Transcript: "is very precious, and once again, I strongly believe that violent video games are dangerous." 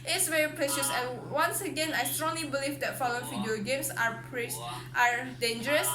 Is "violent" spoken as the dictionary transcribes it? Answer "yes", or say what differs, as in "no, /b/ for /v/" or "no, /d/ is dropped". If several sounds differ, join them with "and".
no, /f/ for /v/